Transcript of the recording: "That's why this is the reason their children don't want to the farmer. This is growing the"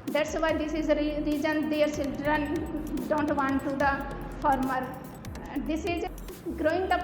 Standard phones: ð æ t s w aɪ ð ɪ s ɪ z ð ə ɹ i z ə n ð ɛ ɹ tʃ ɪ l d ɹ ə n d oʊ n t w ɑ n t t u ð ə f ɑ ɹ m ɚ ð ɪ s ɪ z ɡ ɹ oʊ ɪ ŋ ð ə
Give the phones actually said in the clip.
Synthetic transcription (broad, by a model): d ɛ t s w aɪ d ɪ s ɪ z ɹ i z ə n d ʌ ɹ s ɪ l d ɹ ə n d oʊ n t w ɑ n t t u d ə f ɑ ɹ m ɚ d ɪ s ɪ z ɡ ɹ oʊ ɪ ŋ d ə